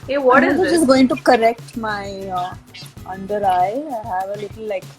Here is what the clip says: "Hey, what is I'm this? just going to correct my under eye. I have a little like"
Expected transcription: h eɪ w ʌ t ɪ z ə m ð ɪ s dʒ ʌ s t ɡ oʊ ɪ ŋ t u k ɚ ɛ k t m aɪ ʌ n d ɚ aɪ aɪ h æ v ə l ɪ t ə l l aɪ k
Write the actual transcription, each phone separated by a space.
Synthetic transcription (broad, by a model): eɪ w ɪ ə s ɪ dʒ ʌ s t ɡ oʊ ɪ ŋ t u k ɚ ɛ k t m aɪ ʌ n d ɚ aɪ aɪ h æ v ə l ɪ t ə l l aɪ k